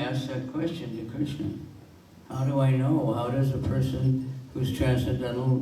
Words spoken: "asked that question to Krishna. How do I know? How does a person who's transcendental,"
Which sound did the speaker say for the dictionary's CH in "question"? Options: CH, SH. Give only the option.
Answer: CH